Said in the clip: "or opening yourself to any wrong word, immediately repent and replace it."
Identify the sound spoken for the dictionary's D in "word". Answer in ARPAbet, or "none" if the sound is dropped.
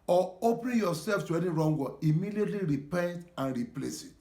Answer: none